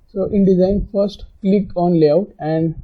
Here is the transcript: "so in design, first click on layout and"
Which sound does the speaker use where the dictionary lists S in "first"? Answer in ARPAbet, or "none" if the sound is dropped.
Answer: S